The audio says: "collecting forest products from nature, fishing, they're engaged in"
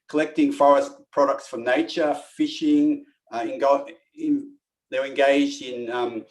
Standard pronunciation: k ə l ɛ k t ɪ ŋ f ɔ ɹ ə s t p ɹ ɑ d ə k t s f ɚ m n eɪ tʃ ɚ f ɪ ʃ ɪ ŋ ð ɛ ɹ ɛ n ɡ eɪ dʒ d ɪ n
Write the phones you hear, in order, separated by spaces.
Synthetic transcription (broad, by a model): k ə l ɛ k t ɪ ŋ f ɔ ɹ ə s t p ɹ ɑ d ə k t s f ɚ n eɪ tʃ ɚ f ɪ ʃ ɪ ŋ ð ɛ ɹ ɛ n ɡ eɪ dʒ d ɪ n